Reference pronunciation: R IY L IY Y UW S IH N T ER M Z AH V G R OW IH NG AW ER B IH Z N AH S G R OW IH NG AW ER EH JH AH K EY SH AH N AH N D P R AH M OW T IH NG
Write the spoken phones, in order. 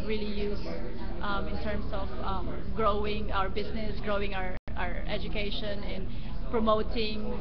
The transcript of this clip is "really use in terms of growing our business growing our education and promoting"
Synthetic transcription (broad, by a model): R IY L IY Y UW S IH N T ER M S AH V G R OW IH NG AW ER B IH S N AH S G R OW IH NG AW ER EH JH AH K EY SH AH N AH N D P R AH M OW T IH NG